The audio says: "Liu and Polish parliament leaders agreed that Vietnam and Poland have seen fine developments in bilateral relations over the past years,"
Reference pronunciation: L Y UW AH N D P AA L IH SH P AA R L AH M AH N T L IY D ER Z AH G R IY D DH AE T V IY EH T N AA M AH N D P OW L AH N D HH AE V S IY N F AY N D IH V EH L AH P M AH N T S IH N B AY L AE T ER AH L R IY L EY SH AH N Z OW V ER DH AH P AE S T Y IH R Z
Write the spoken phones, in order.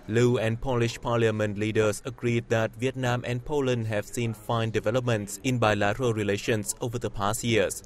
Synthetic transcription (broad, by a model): L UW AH N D P AA L IH SH P AA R L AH M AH N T L IY D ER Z AH G R IY D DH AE T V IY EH T N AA M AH N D P OW L AH N D HH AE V S IY N F AY N D IH V EH L AH P M AH N T S IH N B AY L AE T ER AH L R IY L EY SH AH N S OW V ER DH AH P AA S T Y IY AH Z